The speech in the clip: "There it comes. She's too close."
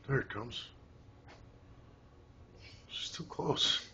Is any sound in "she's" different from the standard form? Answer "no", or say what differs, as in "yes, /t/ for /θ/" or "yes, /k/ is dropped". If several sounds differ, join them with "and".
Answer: yes, /s/ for /z/